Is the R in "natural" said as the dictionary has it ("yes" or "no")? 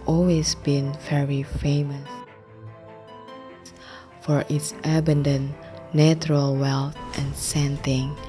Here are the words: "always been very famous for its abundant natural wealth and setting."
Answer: yes